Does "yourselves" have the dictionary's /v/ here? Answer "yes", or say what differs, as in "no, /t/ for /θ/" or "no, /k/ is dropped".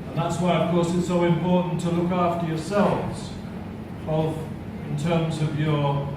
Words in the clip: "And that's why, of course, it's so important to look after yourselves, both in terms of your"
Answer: yes